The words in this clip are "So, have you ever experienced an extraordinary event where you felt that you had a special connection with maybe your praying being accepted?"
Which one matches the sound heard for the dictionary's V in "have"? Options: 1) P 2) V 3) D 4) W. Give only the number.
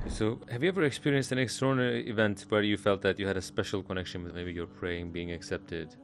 2